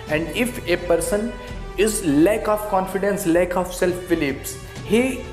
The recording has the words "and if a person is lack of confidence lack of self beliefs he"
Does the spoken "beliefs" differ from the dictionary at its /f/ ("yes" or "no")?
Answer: yes